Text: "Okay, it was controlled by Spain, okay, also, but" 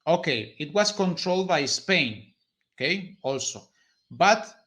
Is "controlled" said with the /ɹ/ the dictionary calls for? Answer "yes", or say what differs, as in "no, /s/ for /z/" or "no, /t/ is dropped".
yes